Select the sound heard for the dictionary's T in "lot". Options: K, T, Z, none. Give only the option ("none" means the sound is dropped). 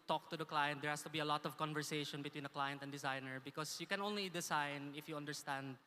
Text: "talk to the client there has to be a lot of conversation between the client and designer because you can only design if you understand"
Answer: T